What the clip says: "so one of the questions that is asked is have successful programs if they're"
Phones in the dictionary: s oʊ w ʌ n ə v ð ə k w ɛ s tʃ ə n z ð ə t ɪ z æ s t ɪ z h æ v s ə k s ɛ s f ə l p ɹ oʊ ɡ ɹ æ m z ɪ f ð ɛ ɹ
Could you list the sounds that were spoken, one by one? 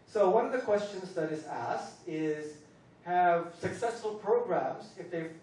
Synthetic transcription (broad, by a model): s oʊ w ʌ n ə v ð ə k w ɛ s tʃ ə n z ð ə t ɪ z æ s t ɪ z h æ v s ə k s ɛ s f ə l p ɹ oʊ ɡ ɹ æ m z ɪ f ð ɛ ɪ